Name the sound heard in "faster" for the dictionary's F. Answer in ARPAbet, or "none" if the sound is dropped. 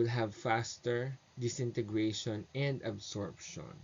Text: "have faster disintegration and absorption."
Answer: F